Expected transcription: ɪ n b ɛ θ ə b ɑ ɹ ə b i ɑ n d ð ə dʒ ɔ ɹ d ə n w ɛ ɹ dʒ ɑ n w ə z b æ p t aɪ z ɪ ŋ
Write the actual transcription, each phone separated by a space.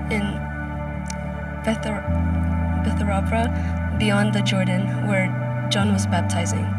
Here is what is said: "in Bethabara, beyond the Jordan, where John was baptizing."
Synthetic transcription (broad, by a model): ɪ n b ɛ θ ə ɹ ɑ ɹ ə b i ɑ n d ð ə dʒ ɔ ɹ d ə n w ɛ ɹ dʒ ɑ n w ə z b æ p t aɪ z ɪ ŋ